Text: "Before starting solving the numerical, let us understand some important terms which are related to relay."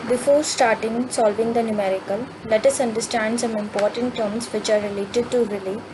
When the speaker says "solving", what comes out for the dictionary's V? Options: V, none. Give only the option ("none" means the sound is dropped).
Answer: V